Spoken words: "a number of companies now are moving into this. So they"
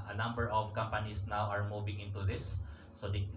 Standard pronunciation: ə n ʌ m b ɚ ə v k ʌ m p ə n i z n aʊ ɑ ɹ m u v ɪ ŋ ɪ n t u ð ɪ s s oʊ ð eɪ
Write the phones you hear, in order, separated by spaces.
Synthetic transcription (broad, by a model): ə n ʌ m b ɚ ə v k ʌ m p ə n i s n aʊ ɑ ɹ m u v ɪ ŋ ɪ n t u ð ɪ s s oʊ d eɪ